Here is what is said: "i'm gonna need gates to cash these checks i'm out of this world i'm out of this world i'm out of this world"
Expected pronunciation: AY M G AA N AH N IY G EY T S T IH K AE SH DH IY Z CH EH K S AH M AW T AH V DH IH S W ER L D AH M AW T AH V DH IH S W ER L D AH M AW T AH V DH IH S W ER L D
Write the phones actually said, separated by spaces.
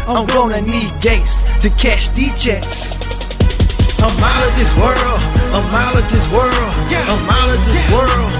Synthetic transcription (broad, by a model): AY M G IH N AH N IY G EY T S T IH K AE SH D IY CH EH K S AH M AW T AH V DH IH S W ER L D AH M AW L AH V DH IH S W ER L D AH M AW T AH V DH IH S W ER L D